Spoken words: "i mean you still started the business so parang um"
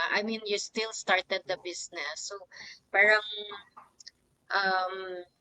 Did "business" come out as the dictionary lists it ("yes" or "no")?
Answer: no